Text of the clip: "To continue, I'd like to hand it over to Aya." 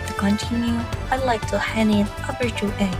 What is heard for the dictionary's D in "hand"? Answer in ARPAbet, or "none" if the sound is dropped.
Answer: none